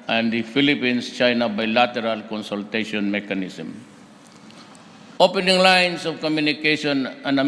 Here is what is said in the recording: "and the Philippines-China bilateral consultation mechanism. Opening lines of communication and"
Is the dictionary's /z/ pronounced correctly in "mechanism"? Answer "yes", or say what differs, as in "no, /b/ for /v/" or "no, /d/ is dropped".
no, /s/ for /z/